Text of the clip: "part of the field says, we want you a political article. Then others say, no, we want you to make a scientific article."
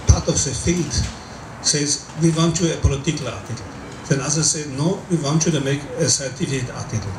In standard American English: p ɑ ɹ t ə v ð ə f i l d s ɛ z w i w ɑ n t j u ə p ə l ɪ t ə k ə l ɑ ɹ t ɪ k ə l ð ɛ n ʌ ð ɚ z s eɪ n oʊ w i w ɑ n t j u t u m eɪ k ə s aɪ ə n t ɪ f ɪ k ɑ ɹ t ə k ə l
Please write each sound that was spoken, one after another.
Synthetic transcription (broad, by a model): p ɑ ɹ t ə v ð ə f i l d s ɛ z w i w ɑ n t j u ə p ə l ɪ t ə k ə l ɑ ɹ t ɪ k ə l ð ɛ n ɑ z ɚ s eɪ n oʊ w i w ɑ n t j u t u m eɪ k ə s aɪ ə t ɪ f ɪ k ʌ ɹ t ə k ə l